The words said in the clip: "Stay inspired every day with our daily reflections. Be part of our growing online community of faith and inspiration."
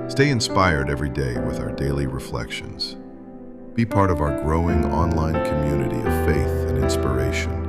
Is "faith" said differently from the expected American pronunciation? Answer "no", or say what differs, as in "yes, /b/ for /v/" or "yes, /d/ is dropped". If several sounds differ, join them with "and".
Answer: no